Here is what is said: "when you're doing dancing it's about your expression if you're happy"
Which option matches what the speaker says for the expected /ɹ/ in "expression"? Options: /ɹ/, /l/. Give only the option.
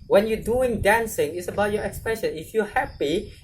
/ɹ/